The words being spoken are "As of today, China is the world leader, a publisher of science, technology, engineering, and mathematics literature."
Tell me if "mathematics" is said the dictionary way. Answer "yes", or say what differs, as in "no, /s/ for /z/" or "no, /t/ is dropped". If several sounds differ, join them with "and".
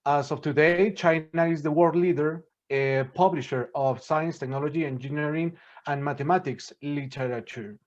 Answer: no, /t/ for /θ/